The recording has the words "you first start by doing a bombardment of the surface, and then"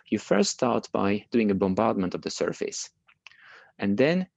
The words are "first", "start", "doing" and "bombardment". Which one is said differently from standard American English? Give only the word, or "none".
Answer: none